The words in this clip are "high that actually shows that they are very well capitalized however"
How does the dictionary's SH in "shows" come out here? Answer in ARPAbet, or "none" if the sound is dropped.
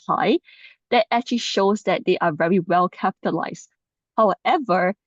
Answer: SH